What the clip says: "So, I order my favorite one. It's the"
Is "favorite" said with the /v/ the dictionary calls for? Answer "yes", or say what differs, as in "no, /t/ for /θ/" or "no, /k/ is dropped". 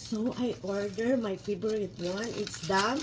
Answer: no, /b/ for /v/